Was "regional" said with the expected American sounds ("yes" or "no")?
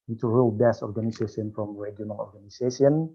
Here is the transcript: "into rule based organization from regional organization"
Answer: no